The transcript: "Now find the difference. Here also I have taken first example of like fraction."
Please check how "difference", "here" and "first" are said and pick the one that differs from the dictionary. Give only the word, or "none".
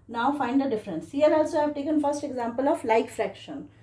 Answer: here